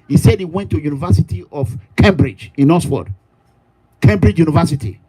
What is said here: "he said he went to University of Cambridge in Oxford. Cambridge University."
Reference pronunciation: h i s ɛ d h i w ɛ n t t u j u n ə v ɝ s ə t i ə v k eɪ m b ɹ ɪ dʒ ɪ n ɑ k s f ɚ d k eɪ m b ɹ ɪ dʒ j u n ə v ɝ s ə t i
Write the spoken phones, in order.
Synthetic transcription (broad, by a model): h i s ɛ d h i w ɛ n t t u j u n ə v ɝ s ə t i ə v k eɪ m b ɹ ɪ dʒ ɪ n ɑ s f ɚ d k eɪ m b ɹ ɪ dʒ j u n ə v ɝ s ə t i